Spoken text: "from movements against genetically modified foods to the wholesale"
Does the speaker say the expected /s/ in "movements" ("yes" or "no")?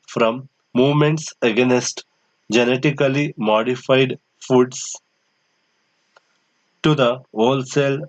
yes